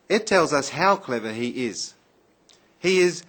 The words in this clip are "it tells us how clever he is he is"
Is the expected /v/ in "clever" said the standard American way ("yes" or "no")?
yes